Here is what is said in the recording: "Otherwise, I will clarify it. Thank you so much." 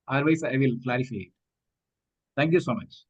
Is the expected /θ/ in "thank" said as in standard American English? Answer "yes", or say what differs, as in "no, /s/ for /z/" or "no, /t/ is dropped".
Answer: no, /t/ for /θ/